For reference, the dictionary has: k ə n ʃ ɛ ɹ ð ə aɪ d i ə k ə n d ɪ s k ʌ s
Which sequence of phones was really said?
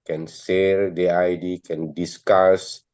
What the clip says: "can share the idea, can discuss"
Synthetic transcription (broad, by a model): k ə n s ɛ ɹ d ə aɪ d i k ə n d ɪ s k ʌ s